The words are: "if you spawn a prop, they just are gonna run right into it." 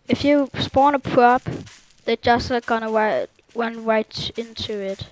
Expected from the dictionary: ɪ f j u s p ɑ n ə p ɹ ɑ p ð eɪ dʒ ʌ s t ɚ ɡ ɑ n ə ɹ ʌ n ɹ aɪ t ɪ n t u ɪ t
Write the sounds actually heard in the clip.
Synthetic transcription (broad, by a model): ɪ f j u s p ɑ n ə p ɹ ɑ p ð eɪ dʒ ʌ s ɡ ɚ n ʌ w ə w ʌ n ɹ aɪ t ɪ n t u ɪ t